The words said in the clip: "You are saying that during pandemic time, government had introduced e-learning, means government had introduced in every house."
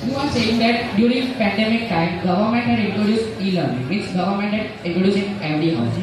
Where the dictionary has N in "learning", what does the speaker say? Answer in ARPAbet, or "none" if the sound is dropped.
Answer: L